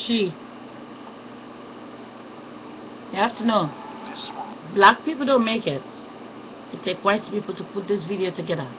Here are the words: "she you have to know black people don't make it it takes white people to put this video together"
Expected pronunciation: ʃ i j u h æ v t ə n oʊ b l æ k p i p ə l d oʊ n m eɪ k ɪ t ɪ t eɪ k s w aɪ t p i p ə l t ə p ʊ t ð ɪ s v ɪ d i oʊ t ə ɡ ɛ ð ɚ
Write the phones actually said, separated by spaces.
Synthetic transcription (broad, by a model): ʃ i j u h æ f t ə n oʊ b l æ k p i p l d oʊ n m eɪ k ɪ t ɪ t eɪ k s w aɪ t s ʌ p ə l t ə p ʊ t ð ɪ s v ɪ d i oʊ t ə ɡ ɛ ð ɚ